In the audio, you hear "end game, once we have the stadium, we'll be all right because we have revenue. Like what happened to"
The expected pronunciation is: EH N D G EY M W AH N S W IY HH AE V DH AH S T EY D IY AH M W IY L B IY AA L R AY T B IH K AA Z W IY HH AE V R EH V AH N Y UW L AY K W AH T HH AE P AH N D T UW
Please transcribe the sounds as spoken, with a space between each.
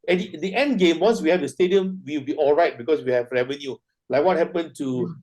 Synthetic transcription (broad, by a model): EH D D G EY M W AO N S W IY HH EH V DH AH S T EY D IY AH M W IY W B IY AA L R AY T B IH K AA S W IY HH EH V R EH V AH N Y UW L AY K W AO T HH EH P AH N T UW